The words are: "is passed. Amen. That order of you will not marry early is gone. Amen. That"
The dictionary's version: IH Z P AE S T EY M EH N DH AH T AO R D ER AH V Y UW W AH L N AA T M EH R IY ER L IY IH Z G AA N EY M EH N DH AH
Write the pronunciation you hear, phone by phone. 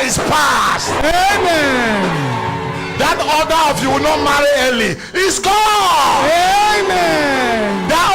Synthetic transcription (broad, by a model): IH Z P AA S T EY M EH N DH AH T AO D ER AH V Y UW W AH N AA T M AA R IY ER L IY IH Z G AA EY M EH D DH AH